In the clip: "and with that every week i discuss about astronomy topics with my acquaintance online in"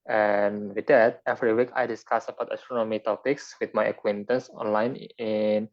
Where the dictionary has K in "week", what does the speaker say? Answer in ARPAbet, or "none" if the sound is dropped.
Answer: K